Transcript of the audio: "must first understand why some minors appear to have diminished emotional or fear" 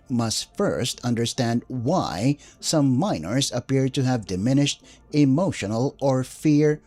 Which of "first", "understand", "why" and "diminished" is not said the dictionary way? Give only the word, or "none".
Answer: none